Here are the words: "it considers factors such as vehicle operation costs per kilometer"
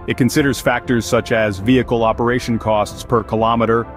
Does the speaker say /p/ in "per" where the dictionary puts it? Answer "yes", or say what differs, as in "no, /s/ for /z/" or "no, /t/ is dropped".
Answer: yes